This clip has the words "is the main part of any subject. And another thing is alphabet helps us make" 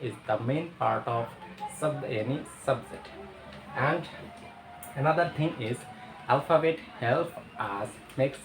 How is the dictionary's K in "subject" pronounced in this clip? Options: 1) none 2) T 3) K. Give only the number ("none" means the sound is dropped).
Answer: 1